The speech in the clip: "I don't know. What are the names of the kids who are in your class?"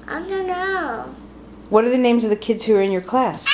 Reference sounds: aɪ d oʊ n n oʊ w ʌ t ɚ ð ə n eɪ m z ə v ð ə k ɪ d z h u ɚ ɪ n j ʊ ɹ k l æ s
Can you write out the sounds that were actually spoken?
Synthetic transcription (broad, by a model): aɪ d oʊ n n oʊ w ʌ t ɚ ð ə n eɪ m z ə v ð ə k ɪ d z h u ɚ ɪ n j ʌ ɹ k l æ s